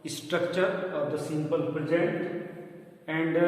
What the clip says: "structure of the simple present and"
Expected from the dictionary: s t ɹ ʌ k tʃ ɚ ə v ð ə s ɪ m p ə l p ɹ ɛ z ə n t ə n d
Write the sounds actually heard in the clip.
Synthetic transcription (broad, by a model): s t ɹ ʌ k tʃ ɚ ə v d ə s ɪ m p ə l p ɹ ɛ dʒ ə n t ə n d